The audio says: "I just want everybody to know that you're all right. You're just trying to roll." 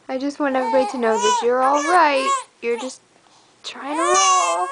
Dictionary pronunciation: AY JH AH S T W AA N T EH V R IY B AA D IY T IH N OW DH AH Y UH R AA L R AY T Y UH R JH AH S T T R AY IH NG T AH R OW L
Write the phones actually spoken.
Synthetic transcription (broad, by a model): AY JH AH S T W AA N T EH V IY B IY T IH N OW DH AH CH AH R AA L R AY T Y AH R JH AH S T T R AY IH NG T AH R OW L